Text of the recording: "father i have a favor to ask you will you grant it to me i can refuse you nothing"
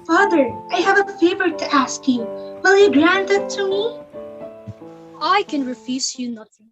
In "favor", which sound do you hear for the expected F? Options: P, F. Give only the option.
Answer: F